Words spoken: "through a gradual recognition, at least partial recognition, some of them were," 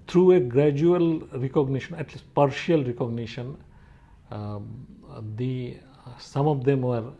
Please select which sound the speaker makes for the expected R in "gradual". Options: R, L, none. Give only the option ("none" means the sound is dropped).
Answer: R